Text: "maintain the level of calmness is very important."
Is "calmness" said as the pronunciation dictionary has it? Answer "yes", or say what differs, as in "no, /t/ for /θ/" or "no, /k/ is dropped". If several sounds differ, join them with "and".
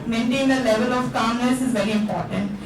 no, /n/ is dropped